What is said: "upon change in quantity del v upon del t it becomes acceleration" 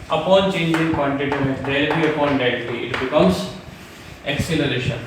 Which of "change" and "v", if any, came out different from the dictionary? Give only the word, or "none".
v